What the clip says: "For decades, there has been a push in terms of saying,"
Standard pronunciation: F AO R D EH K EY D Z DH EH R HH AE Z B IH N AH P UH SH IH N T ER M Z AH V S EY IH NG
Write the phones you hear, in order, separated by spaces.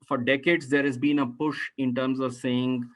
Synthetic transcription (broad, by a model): F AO R D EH K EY D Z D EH R HH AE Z B IH N AH P UH SH IH N T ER M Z AH V S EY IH NG